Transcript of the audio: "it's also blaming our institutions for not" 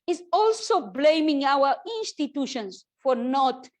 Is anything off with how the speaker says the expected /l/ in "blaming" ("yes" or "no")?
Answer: no